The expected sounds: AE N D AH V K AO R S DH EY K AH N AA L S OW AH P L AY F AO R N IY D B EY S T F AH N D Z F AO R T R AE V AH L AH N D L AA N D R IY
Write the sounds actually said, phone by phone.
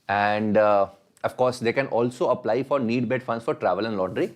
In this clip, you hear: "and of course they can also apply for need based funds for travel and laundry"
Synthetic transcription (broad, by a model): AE N D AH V K AO R S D EY K AH N AA L S OW AH P L AY F AO R N IY D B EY T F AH N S F AO R T R AE V AH L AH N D L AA N D R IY